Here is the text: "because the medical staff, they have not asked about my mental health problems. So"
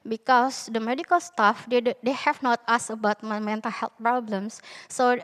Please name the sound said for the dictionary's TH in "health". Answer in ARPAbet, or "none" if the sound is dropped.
T